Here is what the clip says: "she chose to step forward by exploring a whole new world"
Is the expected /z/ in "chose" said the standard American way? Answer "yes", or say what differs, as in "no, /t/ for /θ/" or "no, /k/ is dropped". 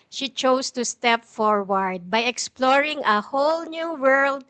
no, /s/ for /z/